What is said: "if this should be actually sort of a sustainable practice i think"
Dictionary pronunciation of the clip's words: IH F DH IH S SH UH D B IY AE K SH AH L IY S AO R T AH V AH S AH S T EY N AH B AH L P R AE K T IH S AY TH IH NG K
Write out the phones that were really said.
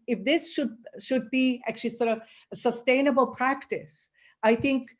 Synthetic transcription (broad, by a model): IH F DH IH S SH UH D B IY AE K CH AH L IY S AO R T AH V AH S AH S T EY N AH B AH L P R AE K T IH S AY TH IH NG K